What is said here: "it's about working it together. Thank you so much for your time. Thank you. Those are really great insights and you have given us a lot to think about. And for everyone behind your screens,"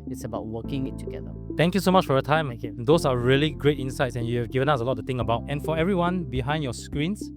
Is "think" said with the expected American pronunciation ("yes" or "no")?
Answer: no